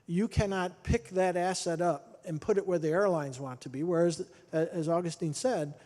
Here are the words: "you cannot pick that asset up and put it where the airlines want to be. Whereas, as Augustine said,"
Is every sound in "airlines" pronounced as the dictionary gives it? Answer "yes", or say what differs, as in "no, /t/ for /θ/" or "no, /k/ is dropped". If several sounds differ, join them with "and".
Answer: yes